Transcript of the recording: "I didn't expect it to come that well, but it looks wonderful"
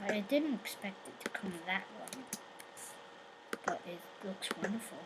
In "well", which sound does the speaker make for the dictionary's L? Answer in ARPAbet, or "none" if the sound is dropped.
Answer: N